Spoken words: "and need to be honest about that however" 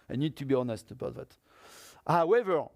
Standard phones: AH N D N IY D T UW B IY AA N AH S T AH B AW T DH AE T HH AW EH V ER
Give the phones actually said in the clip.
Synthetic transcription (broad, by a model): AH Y N IY D T UW B IY AA N AH S T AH B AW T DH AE T HH AW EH V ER